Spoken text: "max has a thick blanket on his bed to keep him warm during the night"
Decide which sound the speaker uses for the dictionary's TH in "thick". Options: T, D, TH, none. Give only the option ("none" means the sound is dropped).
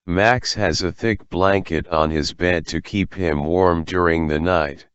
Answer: TH